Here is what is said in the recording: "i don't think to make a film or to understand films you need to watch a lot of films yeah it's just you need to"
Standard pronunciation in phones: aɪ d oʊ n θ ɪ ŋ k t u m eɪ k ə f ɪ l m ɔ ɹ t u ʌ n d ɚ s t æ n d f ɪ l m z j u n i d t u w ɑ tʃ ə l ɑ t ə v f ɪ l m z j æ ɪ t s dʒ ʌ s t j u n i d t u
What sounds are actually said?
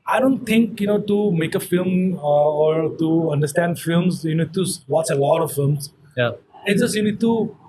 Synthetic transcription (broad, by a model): aɪ d oʊ n t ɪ ŋ k t u m eɪ k ə f ɪ l m ɔ ɹ t u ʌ n d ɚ s t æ n d f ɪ l m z j u n i d t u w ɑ s ə l ɑ t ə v f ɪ l m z j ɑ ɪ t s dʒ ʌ s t j u n i d t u